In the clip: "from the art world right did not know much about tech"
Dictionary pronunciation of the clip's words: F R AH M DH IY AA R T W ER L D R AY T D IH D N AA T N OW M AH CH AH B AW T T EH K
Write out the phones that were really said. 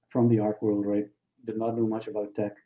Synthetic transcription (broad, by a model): F R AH M DH IY AA R T W ER L D R AY T D IH D N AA T N OW M AH CH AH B AW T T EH K